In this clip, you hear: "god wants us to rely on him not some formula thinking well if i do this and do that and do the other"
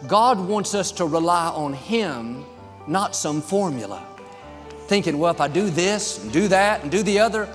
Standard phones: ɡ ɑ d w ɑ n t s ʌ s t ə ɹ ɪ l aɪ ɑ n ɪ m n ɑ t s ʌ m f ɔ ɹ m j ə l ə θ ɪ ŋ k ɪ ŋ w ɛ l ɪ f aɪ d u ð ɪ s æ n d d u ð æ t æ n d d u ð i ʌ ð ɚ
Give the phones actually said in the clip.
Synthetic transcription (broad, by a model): ɡ ɑ d w ɑ n t s ʌ s t ə ɹ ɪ l aɪ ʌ n ɪ m n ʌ t s ʌ m f ɔ ɹ m j l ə θ ɪ ŋ k ɪ ŋ w ɛ l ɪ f aɪ d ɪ ð ɪ s n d d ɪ ð æ t n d d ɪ ð i ʌ ð ɚ